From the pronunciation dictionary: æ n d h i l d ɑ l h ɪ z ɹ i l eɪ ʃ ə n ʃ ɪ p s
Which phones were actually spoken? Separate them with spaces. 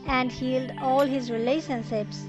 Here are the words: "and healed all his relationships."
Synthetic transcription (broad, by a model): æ n d h i l d ɑ l h ɪ z ɹ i l eɪ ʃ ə n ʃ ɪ p s